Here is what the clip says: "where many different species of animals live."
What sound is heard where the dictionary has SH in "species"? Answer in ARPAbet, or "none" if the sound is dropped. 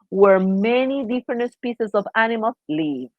S